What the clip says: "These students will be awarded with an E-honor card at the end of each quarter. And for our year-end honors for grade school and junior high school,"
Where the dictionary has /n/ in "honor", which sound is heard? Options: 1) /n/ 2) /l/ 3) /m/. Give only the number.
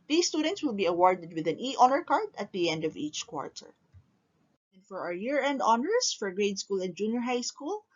2